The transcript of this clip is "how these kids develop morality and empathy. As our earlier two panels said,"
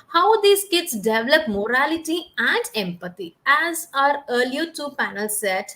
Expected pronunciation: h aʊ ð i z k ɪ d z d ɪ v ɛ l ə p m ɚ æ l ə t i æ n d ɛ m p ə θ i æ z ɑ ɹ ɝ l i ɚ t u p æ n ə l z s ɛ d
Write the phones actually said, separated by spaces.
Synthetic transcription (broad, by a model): h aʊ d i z k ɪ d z d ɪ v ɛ l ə p m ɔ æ l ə t i æ n d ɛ m p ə t i æ z ɑ ɹ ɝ l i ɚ t u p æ n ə l s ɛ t